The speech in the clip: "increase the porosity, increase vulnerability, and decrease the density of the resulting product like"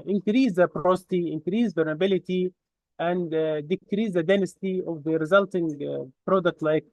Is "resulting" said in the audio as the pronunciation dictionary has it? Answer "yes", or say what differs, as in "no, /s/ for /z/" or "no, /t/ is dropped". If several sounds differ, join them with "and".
yes